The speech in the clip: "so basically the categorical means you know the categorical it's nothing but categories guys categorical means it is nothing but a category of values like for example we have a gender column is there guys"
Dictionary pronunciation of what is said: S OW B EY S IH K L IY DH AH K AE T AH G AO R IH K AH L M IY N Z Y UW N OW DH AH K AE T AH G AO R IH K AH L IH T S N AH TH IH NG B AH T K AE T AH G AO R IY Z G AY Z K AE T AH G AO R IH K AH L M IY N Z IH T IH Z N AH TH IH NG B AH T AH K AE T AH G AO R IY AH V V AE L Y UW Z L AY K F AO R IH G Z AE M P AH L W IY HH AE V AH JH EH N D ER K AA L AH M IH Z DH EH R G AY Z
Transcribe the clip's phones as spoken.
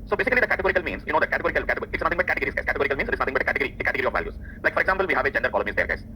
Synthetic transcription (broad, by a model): S OW B EY S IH K L IY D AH K AE T AH G AO R IH K AH L M IY N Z Y UW N OW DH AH K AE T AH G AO R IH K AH L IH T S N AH T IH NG B AH T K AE T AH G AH R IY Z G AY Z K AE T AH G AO R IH K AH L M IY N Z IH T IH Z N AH T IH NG B AH T AH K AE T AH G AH R IY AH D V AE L Y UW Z L AY K F AO R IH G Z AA M P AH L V IY HH AE V AH JH EH N D ER K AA L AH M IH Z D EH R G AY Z